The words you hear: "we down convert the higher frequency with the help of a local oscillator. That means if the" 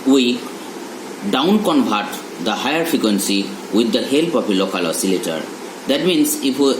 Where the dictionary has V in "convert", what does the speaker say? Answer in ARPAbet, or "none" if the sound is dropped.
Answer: B